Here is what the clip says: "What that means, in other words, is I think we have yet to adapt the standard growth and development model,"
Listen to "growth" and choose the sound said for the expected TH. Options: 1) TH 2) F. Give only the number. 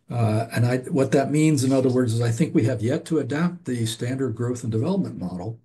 1